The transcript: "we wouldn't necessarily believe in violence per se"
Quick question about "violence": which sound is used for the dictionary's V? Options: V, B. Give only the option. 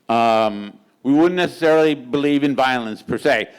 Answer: V